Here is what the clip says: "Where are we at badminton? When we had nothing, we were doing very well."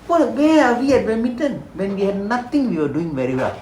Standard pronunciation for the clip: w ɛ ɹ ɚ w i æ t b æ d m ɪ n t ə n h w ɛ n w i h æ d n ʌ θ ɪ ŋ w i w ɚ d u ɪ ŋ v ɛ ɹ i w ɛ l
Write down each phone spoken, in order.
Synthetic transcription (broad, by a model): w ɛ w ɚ w i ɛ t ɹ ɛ m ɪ t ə n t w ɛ n w i h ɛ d n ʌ t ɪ ŋ w i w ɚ d u ɪ ŋ v ɛ ɹ i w ɛ l